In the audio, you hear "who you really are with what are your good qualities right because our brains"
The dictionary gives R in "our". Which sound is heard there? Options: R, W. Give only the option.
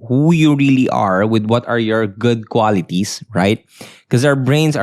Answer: W